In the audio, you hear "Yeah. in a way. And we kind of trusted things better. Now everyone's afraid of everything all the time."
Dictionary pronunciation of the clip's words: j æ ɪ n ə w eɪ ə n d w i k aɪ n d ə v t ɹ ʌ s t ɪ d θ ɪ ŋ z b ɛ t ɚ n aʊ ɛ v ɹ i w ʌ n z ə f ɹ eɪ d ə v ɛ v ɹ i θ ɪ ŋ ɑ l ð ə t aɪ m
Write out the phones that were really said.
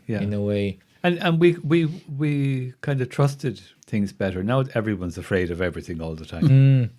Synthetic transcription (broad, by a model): j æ ɪ n ə w eɪ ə n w w i k aɪ n d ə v t ɹ ʌ s t ɪ d θ ɪ ŋ z b ɛ t ɚ n aʊ ɛ v ɹ i w ʌ n z ə f ɹ eɪ d ə v ɛ v ɹ i θ ɪ ŋ ɑ l ð ə t aɪ m